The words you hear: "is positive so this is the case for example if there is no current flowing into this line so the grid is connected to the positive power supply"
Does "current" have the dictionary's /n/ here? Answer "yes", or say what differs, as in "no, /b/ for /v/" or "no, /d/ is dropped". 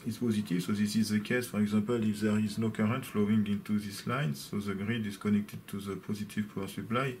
yes